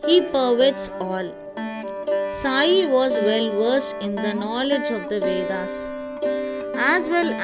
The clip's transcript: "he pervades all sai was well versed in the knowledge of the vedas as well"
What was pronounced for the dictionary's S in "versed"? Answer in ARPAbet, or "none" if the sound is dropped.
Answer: S